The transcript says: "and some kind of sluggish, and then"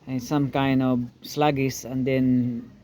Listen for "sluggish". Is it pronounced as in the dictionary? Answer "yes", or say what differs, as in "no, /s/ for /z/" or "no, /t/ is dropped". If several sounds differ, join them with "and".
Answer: no, /s/ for /ʃ/